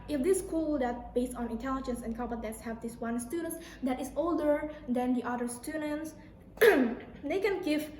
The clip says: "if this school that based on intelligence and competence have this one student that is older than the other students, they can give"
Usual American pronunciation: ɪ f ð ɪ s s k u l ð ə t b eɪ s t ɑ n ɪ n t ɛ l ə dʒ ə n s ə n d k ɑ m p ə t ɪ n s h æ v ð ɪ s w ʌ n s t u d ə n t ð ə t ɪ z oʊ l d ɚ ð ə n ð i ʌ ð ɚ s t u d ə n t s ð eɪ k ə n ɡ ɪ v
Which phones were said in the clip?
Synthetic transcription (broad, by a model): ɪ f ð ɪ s s k u l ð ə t b eɪ s t ɑ n ɪ n t ɛ l ə dʒ ə n s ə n k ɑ p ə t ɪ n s h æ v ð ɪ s w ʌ n s t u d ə n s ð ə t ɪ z oʊ l d ɚ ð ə n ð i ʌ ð ɚ s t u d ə n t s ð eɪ k ə n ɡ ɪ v